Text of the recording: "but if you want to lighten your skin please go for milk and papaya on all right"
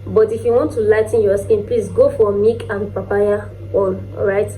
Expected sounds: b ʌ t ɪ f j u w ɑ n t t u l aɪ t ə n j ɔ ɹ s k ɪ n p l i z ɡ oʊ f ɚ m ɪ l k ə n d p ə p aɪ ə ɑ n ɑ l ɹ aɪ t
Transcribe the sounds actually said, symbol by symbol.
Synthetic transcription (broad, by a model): b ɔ t ɪ f j u w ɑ n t t u l aɪ t n j ɔ s k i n p l i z ɡ oʊ f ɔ m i k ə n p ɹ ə p aɪ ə ɑ n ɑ ɹ aɪ t